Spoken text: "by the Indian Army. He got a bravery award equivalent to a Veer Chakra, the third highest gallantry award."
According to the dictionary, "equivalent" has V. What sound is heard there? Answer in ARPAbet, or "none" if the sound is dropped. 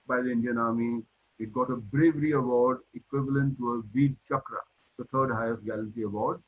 V